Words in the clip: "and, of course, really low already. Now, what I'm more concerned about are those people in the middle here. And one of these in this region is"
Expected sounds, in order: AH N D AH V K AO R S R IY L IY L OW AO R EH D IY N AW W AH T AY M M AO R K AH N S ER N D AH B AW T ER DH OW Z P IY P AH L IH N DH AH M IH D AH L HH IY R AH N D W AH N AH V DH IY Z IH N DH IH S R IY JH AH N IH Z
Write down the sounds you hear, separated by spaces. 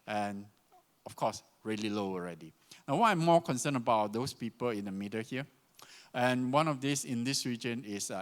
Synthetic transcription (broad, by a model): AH N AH F K AO S R IY L IY L OW AO R EH D IY N AW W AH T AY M M AO K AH N S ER N AH B AW T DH OW S P IY P AH L IH N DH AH M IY D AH HH IY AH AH N W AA N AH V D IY S IH N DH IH S R IY JH AH N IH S